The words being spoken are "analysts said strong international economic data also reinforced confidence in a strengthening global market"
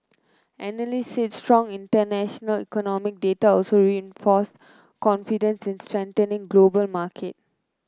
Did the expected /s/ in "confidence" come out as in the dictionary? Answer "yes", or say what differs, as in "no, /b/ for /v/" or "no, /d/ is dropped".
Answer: yes